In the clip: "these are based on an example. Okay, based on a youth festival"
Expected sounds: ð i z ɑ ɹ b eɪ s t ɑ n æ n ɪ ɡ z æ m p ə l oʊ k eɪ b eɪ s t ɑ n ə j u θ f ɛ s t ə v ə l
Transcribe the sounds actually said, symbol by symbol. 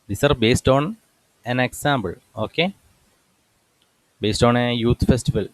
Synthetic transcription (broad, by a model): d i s ɑ ɹ b eɪ s t ɑ n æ n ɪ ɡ s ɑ m b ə l oʊ k eɪ b eɪ s t ɑ n ə j u t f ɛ s t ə v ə l